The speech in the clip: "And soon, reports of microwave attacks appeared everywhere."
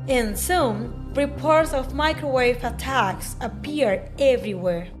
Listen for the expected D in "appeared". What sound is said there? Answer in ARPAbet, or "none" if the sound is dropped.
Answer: none